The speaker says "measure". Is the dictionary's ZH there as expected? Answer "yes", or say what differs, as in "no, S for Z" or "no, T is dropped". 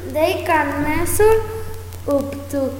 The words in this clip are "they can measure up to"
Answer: no, S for ZH